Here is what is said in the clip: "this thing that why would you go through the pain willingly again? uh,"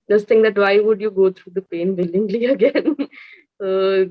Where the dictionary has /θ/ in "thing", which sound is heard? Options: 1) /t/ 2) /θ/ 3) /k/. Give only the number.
1